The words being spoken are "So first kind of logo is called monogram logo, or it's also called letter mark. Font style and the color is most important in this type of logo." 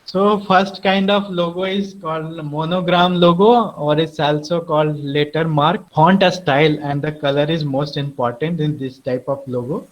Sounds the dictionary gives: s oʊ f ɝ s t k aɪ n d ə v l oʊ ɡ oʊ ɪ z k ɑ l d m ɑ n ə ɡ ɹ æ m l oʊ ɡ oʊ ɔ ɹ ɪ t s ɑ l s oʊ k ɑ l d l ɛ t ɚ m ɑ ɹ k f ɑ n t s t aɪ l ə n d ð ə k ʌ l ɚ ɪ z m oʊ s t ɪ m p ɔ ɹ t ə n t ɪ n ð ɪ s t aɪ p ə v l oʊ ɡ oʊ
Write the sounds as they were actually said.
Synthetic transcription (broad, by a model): s oʊ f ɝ s t k aɪ n d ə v l oʊ ɡ oʊ ɪ z k ɑ l d m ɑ n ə ɡ ɹ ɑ m l oʊ ɡ oʊ ɔ ɹ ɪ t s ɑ l s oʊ k ɑ l d l ɛ t ɚ m ɑ ɹ k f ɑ n t s t aɪ l ə n d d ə k ʌ l ɚ ɪ z m oʊ s t ɪ m p ɔ ɹ t ə n t ɪ n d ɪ s t aɪ p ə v l oʊ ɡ oʊ